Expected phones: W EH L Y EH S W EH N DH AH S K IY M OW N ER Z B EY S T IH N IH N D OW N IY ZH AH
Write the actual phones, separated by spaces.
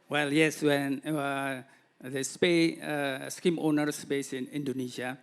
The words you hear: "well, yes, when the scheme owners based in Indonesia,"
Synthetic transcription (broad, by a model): W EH L Y EH S W EH N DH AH S K IY M OW N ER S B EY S IH N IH N D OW N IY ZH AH